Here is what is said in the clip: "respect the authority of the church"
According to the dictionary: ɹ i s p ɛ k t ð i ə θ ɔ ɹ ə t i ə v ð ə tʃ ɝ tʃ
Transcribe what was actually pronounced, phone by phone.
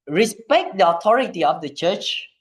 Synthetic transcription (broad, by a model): ɹ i s p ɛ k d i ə t ɔ ɹ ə t i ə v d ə tʃ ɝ tʃ